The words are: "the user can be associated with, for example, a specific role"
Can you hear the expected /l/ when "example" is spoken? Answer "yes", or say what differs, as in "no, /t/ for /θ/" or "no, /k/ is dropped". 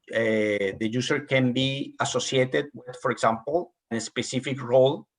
no, /n/ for /l/